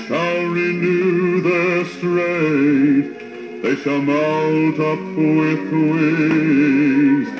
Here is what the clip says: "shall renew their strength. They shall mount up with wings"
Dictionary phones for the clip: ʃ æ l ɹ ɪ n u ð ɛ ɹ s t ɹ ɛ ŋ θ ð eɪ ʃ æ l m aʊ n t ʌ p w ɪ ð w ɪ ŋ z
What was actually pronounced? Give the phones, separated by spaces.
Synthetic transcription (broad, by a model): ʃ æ l ɹ ɪ n u ð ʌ ɹ s t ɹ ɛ ð eɪ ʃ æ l m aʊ l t ʌ p w ɪ ð w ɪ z